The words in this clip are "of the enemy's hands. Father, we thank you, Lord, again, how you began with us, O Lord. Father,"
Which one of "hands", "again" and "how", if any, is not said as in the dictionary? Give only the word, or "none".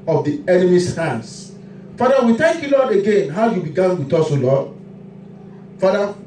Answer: hands